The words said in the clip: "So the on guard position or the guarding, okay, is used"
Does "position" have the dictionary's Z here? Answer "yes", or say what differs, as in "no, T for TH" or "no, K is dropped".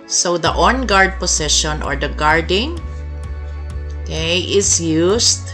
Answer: no, S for Z